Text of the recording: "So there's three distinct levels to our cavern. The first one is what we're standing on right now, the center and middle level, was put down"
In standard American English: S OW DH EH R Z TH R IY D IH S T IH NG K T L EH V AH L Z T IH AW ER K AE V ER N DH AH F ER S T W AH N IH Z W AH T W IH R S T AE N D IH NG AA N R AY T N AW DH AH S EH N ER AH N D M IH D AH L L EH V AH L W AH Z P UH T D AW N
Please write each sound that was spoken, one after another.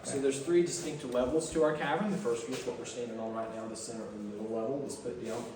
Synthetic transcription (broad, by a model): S OW DH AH R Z TH R IY D IH S T IH NG K T L EH V L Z T IH AW ER K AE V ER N DH AH F ER S T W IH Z W AH T W IH R S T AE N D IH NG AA L R AY T N AW DH AH S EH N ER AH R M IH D L L EH V L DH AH S P UH T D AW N